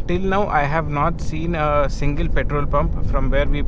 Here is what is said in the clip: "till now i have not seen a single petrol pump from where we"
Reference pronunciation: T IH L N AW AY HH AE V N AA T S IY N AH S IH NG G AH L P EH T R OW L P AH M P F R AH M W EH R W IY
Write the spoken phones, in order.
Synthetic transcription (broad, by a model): T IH L N AW AY HH AE V N AA T S IY N AH S IH NG G AH L P EH T R OW L P AH M P F R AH M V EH R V IY